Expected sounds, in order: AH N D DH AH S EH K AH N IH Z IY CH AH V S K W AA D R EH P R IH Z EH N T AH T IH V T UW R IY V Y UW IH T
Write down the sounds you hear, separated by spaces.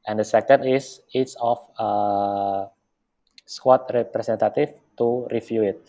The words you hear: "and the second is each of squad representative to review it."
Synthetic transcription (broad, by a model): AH N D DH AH S EH K AH N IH S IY S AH F S K W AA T R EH P R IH S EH N T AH T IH F T UW R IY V Y UW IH T